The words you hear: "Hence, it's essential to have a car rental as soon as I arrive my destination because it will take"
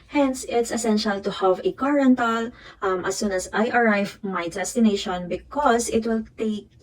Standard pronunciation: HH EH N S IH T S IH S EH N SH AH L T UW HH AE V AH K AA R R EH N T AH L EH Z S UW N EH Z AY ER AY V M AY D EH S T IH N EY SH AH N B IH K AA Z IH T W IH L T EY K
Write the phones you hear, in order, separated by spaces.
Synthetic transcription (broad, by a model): HH EH N S IH T S IH S EH N SH AH L T UW HH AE V AH K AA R R EH N T AH L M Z S UW N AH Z AY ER AY V M AY D EH S T IH N EY SH AH N B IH K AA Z IH T W IH L T EY K